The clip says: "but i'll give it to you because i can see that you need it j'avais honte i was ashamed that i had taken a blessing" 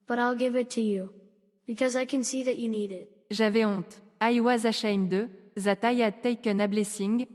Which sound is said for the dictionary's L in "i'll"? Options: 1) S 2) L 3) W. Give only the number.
2